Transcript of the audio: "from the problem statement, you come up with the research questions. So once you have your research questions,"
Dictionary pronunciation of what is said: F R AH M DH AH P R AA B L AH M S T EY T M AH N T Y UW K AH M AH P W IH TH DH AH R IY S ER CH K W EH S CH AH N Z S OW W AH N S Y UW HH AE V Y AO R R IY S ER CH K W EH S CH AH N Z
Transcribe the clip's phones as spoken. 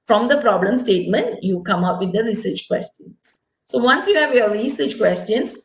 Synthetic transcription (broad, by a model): F R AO M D AH P R AA B L AH M S T EY T M AH N T Y UW K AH M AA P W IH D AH R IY S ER CH K W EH S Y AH N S S OW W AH N S Y UW HH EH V Y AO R R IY S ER CH K W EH S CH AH N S